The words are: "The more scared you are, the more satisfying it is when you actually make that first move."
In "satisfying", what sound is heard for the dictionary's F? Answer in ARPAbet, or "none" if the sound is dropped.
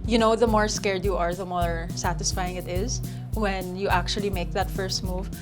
F